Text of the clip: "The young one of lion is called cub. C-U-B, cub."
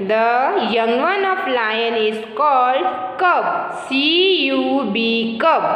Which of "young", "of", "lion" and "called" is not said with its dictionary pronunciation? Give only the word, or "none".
of